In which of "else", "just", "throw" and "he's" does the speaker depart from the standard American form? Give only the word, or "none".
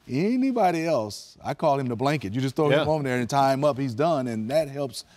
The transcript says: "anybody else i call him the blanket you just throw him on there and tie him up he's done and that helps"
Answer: throw